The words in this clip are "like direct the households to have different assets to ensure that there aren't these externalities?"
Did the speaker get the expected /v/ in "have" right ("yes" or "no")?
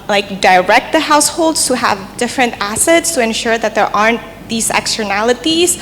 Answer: yes